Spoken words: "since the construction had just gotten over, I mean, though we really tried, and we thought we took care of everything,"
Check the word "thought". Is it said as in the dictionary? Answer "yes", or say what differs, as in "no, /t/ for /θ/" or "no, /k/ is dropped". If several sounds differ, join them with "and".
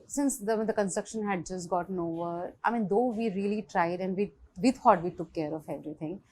no, /t/ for /θ/